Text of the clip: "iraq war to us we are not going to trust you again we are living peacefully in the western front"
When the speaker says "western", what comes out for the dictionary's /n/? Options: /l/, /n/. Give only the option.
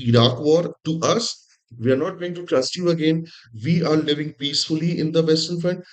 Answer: /l/